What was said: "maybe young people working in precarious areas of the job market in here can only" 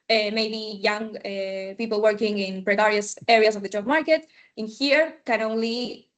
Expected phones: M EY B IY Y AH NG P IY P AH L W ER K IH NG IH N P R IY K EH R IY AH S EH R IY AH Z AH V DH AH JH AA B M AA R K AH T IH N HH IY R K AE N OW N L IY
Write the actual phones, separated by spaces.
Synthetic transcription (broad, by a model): M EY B IY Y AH NG P IY P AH L W ER K IH NG IH N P R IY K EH R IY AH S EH R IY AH S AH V DH AH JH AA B M AA R K AH T IH N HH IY R K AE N OW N L IY